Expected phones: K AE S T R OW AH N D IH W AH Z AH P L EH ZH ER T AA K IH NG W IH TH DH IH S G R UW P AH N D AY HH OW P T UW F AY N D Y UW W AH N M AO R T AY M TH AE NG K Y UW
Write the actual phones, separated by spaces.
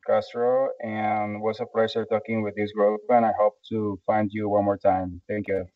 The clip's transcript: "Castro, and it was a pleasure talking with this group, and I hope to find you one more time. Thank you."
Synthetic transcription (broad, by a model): K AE S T R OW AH N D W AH S AH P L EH S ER T AA K IH NG W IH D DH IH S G R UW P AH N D AY HH OW P T UW F AY N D Y UW W AH N M AO R T AY M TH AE NG K Y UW